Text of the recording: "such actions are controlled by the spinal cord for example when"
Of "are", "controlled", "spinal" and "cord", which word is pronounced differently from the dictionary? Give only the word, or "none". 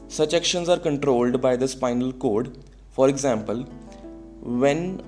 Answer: none